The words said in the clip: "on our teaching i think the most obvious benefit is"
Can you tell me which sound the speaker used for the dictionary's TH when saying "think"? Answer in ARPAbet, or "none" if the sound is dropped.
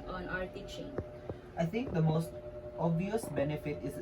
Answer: T